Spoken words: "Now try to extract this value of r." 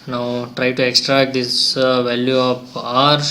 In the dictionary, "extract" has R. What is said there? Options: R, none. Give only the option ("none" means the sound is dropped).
R